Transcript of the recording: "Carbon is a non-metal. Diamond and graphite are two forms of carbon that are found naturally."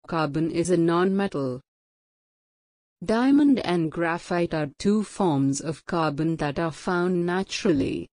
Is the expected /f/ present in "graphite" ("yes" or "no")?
yes